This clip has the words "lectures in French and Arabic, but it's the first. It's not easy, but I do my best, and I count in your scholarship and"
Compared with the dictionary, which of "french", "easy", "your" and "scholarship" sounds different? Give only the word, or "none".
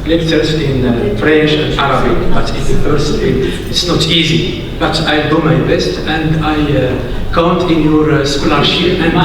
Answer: scholarship